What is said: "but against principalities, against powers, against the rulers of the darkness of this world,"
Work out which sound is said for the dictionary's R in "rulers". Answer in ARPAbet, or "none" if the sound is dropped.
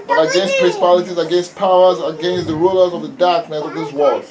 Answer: R